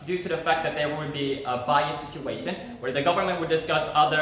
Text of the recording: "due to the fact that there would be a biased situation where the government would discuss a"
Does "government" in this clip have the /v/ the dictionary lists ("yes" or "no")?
yes